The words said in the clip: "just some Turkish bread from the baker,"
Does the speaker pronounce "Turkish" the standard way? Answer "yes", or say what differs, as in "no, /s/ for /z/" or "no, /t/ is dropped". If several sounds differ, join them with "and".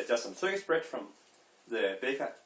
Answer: no, /s/ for /ʃ/